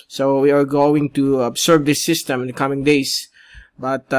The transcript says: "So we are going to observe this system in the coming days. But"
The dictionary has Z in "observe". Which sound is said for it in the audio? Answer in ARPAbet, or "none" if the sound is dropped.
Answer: S